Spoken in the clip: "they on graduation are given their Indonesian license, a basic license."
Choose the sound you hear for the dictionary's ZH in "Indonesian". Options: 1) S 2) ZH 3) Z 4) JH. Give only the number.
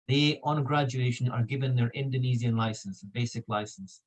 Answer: 3